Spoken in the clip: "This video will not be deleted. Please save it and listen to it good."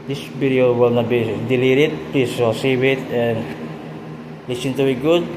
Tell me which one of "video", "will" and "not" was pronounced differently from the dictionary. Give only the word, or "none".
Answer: video